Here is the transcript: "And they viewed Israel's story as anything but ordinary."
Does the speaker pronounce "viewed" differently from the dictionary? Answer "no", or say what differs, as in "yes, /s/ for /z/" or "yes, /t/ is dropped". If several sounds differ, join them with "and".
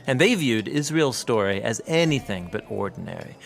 no